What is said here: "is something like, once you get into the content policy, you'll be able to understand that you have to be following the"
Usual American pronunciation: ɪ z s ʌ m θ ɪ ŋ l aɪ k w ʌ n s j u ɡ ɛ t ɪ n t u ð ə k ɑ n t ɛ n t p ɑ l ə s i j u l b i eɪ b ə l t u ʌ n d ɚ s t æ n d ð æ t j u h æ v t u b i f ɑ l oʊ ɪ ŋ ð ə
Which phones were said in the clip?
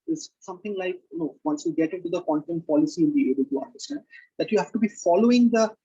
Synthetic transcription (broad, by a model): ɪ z s ʌ m t ɪ ŋ l aɪ k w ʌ n s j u ɡ ɛ t ɪ n t u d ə k ɑ n t ɛ n t p ɑ l ə s i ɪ n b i eɪ b ə l t u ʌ n d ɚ s t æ n d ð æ t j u h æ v t u b i f ɑ l oʊ ɪ ŋ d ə